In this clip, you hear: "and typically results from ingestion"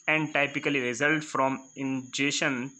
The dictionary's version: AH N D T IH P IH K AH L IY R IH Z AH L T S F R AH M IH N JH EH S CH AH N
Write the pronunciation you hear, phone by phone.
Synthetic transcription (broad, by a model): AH N D T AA P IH K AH L IY R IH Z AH L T F R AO M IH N JH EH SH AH N